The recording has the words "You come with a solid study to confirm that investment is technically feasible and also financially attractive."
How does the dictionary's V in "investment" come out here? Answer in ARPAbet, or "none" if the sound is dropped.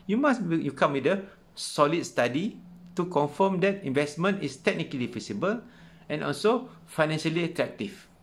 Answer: V